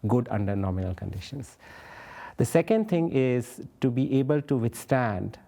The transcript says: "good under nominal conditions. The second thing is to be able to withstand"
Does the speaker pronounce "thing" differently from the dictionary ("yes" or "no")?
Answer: yes